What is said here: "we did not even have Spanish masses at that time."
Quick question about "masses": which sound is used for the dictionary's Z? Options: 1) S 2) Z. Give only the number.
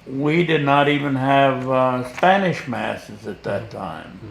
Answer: 2